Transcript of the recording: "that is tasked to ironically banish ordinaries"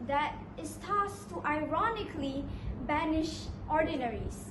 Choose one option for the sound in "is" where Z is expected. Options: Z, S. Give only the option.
S